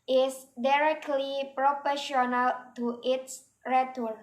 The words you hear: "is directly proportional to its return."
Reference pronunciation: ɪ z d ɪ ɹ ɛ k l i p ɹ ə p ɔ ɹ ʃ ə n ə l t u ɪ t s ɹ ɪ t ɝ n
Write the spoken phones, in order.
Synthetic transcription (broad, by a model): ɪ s d ɪ ɹ ɛ k l i p ɹ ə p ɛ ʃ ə n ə l t u ɪ t s ɹ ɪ t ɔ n